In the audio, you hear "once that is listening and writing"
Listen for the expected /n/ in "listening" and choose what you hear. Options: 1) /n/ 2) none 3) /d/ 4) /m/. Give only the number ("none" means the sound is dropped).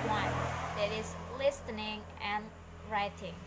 1